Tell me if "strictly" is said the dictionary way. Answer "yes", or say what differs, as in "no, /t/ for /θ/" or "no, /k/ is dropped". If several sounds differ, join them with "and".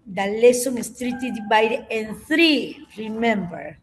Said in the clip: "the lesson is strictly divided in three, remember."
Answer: no, /l/ is dropped